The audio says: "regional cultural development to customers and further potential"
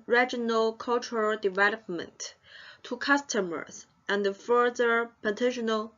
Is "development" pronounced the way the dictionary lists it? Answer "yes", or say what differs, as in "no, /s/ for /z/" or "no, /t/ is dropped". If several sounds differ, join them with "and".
yes